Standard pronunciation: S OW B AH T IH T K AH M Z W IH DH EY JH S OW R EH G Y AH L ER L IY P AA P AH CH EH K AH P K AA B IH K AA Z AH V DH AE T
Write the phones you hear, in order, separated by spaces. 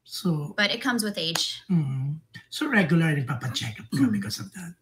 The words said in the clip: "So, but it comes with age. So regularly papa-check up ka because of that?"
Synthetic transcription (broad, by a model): S OW B AH T IH T K AH M Z W IH DH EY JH S OW R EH G Y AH L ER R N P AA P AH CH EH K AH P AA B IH K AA S AH V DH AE T